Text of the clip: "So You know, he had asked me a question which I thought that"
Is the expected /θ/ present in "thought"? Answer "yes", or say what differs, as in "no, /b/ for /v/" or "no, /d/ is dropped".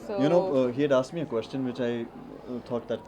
no, /t/ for /θ/